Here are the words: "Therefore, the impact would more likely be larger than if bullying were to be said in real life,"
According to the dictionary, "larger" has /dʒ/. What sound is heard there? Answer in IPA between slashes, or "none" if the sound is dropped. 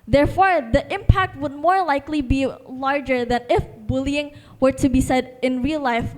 /dʒ/